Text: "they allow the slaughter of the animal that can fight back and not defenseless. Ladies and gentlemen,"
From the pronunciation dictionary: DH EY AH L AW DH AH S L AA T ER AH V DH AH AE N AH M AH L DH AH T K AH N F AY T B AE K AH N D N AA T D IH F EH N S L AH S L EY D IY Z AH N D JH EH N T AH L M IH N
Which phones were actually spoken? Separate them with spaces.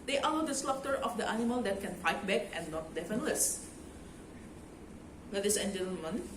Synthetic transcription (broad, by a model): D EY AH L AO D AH S L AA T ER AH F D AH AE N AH M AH L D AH T K AH N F AY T B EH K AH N N AA T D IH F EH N L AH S W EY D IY S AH N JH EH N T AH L M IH N